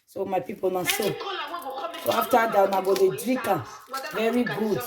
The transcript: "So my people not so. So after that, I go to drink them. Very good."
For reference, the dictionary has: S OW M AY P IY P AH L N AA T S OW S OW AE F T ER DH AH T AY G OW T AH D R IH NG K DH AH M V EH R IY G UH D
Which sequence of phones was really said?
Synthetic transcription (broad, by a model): S OW M AY P IY P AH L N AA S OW S OW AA F T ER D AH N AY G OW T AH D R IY K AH V EH R IY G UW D